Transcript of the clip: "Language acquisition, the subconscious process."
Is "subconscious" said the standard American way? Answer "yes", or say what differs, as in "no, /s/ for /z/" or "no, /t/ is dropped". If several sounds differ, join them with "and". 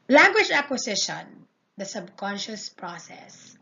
yes